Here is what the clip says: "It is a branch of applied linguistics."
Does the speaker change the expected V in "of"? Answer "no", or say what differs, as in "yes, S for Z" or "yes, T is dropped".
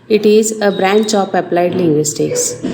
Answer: yes, P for V